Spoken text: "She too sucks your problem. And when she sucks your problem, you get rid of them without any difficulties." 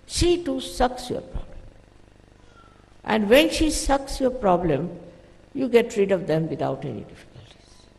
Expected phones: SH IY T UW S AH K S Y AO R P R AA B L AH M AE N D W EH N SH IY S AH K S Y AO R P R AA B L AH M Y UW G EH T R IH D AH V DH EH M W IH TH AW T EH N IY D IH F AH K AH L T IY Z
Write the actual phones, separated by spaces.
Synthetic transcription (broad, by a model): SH IY T UW S AH K S Y AO R P R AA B L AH M AE N D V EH N SH IY S AH K S Y AO R P R AA B L AH M Y UW G EH T R IH D AH V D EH M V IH T AW T EH N IY D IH F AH K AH L T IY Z